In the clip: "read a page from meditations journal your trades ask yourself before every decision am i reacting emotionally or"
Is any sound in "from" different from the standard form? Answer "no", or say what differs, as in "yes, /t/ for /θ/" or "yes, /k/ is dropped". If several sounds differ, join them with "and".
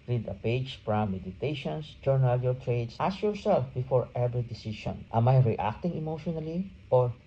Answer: yes, /p/ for /f/